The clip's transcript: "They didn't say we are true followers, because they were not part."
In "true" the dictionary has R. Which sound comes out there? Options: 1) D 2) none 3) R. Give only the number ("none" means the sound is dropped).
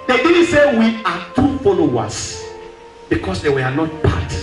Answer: 2